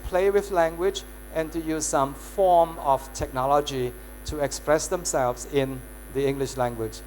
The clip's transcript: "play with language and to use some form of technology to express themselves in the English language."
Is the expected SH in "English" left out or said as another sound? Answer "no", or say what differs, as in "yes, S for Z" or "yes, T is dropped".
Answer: no